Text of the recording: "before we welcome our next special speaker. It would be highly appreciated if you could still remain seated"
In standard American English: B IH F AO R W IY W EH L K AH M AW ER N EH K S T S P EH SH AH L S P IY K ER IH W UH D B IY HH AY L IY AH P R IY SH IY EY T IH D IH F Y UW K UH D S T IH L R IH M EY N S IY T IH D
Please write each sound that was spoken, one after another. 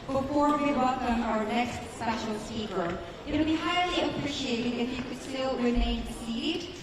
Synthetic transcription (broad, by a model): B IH F AO R W IY W EH L K AH M AW ER N EH K S T S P EH SH L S IY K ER IH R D B IY HH AY L IY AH P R IY SH IY EY T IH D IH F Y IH K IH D S T IH L W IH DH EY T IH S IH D